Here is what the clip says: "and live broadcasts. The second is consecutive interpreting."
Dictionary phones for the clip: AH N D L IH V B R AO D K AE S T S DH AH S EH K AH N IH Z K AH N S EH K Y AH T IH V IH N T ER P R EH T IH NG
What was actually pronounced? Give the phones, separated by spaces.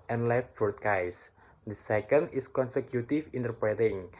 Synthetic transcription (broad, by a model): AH N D L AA F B AO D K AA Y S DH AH S EH K AH N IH S K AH N S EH K Y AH T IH F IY N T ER P R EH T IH NG